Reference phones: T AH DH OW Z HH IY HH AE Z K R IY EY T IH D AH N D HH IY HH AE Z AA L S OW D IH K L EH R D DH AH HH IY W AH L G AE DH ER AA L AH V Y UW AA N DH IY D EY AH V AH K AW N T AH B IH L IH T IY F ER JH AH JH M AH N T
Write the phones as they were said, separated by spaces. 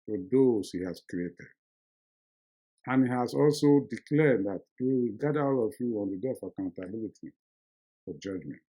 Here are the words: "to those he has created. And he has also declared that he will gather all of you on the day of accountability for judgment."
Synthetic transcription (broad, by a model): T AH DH OW S HH IY HH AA S K R IY EY T IH D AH N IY HH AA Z AA L S OW D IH K L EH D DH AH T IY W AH G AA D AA AA L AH F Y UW AA N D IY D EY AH AH K AW N T AH B IH L IH T IY F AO JH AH JH M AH N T